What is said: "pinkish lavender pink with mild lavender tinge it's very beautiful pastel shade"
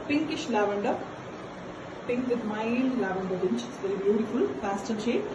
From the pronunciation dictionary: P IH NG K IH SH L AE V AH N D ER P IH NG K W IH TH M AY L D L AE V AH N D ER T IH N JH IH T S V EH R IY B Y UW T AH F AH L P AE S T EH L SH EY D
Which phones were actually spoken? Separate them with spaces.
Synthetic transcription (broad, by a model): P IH NG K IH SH L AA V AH N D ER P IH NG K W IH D M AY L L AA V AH N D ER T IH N CH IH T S V EH R IY B Y UW T AH F AH L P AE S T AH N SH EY